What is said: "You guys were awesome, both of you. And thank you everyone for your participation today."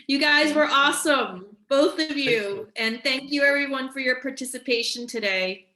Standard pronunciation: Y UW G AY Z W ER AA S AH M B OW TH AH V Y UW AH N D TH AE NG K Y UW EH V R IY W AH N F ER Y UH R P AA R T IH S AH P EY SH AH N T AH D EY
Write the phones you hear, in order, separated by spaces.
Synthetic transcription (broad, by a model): Y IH G AY Z W ER AA S AH M B OW TH AH V Y UW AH N TH AE NG K Y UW EH V R IY W AH N F ER Y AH R P AA R T IH S AH P EY SH AH N T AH D EY